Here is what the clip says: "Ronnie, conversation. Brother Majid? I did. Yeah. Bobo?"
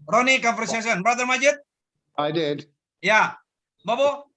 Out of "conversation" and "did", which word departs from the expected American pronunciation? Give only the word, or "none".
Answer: conversation